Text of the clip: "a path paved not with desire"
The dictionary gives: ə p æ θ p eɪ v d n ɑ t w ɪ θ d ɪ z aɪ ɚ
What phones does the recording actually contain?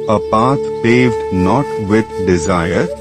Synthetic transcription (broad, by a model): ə p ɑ t p eɪ v d n ɑ t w ɪ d d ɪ z aɪ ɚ